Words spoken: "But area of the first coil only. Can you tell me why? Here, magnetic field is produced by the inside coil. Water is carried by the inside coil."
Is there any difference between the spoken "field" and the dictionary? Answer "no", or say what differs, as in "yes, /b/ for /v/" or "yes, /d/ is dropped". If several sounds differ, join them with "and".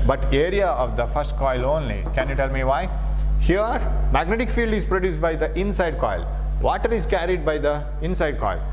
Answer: no